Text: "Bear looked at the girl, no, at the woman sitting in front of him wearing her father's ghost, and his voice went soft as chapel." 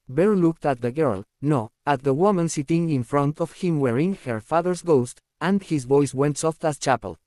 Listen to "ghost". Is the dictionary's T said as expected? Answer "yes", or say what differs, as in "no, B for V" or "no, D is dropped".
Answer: yes